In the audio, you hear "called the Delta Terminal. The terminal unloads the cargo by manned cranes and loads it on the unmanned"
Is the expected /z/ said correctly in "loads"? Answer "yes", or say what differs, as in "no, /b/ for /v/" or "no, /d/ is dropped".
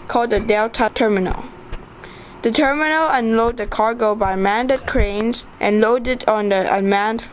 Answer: no, /z/ is dropped